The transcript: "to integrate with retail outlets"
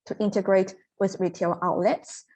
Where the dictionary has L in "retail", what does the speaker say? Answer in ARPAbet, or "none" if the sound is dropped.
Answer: L